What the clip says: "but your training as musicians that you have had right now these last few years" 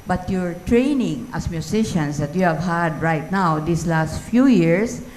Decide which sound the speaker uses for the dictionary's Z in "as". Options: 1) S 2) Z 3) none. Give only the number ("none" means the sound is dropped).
1